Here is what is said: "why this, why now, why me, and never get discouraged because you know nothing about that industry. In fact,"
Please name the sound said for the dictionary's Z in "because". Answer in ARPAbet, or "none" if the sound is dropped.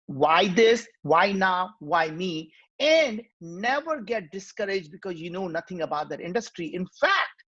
Z